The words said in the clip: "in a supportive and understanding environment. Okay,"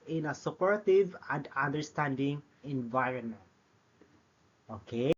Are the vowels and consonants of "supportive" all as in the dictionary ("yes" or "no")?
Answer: yes